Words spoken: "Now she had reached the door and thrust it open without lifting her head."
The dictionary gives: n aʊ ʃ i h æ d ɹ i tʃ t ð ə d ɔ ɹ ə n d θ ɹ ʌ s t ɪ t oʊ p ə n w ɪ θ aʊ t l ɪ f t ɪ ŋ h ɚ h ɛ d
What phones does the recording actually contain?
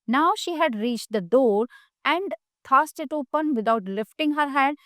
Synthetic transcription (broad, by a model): n aʊ ʃ i h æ d ɹ i tʃ t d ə d ɔ ɹ ə n d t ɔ s t ɪ t oʊ p ə n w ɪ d aʊ t l ɪ f t ɪ ŋ h ɚ h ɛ d